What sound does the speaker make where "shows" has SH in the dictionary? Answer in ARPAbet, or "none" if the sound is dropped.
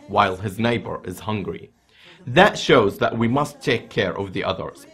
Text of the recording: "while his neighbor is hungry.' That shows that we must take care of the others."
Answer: SH